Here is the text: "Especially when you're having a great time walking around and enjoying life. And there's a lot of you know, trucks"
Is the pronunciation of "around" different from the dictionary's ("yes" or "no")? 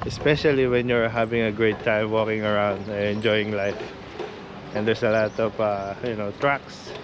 yes